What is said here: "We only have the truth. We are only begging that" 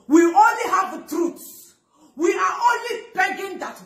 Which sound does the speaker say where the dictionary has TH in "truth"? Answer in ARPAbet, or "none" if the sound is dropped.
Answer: S